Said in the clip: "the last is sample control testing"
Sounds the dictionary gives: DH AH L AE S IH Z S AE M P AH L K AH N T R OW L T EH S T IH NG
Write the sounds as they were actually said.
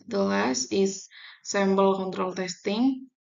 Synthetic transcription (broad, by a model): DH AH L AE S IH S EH M B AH L K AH N T R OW L T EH S T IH NG